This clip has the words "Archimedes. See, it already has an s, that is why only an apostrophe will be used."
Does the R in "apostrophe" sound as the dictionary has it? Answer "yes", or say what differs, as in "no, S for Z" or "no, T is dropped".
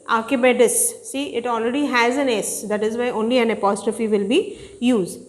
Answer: yes